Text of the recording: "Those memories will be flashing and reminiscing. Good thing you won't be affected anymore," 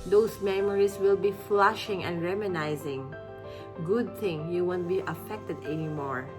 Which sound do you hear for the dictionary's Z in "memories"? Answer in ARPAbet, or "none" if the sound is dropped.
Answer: S